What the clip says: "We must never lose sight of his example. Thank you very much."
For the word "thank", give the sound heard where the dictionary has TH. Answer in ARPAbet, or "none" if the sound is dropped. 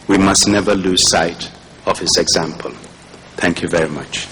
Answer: TH